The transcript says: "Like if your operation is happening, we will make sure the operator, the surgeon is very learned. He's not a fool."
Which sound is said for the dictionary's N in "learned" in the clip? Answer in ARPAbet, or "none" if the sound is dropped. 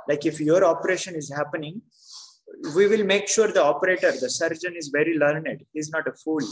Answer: N